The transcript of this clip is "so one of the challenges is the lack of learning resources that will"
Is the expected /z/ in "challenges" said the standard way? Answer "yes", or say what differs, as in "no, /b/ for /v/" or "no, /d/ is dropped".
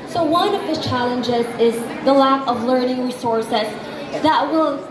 yes